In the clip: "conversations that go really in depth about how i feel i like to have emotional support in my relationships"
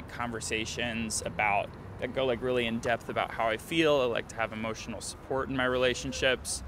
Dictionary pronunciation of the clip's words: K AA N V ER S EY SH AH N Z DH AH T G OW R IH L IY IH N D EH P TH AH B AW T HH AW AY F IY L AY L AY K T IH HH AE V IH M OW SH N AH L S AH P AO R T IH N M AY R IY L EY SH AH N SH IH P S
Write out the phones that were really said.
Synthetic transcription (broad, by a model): K AA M V ER S EY SH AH N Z DH AH T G OW R IH L IY IH N D EH P TH AH B AW T HH AW AY F IY L AY L AY K T IH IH V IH M OW SH N L S AH P AO R T N M AY R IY L EY SH N SH IH P S